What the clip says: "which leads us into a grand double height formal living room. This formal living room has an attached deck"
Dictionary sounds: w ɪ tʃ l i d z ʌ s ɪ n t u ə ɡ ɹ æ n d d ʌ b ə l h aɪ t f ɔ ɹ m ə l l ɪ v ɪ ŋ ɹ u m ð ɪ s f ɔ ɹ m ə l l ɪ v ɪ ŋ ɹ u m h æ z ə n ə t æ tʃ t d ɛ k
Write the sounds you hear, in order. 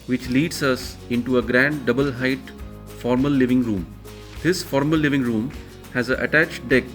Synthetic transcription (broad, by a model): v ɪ tʃ l i d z ʌ s ɪ n t u ə ɡ ɹ æ n d d ʌ b ə l h aɪ t f ɔ ɹ m ə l l ɪ v ɪ ŋ ɹ u m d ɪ s f ɔ ɹ m ə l l ɪ v ɪ ŋ ɹ u m h æ z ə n ə t æ tʃ t d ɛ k